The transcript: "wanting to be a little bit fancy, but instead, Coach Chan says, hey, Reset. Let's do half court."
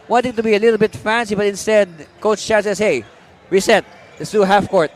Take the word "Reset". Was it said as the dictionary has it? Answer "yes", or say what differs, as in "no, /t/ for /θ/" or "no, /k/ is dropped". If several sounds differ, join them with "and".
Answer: no, /w/ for /ɹ/